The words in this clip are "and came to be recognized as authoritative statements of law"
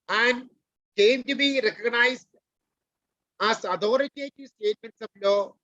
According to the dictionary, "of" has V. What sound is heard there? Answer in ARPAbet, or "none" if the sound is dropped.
B